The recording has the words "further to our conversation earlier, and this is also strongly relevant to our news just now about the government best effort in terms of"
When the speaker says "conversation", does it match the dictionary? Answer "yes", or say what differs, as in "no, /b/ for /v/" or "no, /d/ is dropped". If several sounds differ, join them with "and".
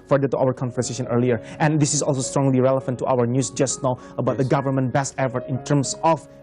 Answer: no, /f/ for /v/